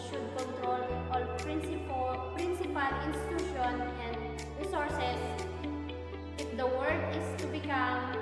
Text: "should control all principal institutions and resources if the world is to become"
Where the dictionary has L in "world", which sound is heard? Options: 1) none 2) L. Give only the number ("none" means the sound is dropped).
1